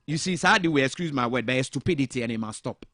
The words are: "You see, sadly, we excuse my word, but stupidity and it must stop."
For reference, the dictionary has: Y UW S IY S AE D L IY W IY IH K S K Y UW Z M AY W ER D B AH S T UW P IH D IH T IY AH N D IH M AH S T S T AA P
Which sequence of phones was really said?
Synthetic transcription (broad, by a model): Y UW S IY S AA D IY W IY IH K S K Y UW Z M AY W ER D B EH S T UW P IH D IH T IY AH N IH M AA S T S T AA P